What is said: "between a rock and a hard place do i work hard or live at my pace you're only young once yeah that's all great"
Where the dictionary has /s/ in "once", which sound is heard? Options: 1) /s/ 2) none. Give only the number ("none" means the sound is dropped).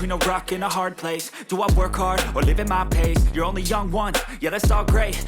2